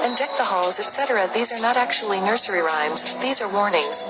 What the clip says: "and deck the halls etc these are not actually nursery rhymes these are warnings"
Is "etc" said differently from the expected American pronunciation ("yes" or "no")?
no